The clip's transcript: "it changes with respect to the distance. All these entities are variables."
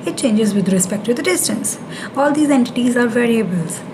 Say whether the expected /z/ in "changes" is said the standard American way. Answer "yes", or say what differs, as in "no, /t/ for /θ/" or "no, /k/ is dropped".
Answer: yes